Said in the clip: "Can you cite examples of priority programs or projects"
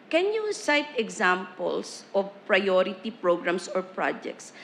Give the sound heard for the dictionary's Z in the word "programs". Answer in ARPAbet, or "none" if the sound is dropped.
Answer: S